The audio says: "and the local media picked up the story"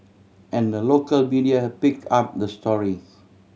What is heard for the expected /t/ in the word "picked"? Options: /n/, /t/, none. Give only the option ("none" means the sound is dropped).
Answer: none